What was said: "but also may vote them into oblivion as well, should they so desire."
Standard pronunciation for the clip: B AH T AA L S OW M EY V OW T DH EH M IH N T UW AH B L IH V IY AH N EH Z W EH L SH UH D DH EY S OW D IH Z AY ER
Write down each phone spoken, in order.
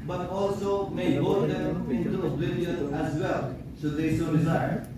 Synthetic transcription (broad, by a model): B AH T AA L S OW M EY B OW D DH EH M IH N T UW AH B IH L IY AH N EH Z W EH L S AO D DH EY S OW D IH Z AY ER